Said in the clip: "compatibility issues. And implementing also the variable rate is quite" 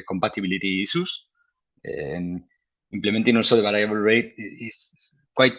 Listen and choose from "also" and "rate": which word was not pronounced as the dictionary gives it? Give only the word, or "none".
also